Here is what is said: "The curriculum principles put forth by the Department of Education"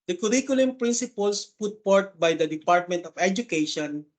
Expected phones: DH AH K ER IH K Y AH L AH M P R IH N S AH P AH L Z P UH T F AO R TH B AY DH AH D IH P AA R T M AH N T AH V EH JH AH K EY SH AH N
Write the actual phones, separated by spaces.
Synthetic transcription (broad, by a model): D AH K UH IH K Y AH L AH M P R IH N S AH P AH L S P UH T P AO R T B AY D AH D IH P AA R T M AH N T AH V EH JH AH K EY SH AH N